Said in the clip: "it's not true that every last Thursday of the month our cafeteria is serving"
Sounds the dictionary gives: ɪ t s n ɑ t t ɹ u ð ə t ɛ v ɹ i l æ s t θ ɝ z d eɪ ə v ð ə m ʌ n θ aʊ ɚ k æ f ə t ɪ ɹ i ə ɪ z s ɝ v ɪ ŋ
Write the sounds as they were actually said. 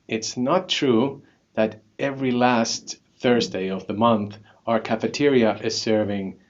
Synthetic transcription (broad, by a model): ɪ t s n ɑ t t ɹ u ð ə t ɛ v ɹ i l æ s t θ ɝ z d eɪ ə v ð ə m ʌ n θ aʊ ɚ k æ f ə t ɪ ɹ i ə ɪ z s ɝ v ɪ ŋ